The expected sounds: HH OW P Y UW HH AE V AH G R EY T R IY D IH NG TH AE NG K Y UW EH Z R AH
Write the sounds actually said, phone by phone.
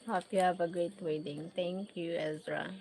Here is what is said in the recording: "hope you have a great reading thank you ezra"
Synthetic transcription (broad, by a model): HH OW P Y UW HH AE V AH G R EY T W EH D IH NG T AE NG K Y UW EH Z R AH